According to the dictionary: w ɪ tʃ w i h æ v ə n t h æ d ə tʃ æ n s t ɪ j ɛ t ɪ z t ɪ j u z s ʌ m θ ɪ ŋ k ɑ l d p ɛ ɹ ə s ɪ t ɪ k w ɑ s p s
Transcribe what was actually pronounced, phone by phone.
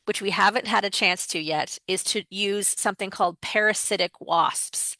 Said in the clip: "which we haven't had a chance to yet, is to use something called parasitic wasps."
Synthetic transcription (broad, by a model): w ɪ tʃ w i h æ v ə n t h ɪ d ə tʃ æ n s t ɪ j ɛ t ɪ z t ɪ j u z s ʌ m θ ɪ ŋ k ɑ l d p ɛ ɹ ə s ɪ t ɪ k w ɑ s p s